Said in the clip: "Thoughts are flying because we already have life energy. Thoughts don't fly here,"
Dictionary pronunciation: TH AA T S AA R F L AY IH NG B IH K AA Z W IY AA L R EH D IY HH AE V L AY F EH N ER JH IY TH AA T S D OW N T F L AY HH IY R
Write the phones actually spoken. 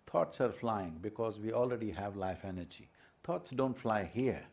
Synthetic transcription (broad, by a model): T AA T S AA R F L AY IH NG B IH K AA Z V IY AA L R EH D IY HH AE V L AY F EH N ER JH IY T AA T S D OW N T F L AY HH IY R